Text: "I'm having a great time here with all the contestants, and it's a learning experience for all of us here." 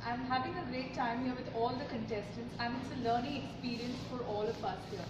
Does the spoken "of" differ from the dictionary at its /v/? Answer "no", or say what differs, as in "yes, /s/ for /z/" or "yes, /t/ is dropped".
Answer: yes, /p/ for /v/